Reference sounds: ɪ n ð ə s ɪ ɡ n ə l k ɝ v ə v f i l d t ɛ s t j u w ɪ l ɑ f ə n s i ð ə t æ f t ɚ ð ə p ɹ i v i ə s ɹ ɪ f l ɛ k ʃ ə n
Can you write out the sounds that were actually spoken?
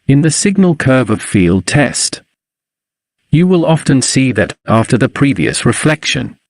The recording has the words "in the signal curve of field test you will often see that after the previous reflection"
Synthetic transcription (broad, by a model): ɪ n ð ə s ɪ ɡ n ə l k ɝ v ə v f i l d t ɛ s t j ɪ w ɪ l ɑ f ə n s i ð ə t æ f t ɚ ð ə p ɹ i v i ə s ɹ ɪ f l ɛ k ʃ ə n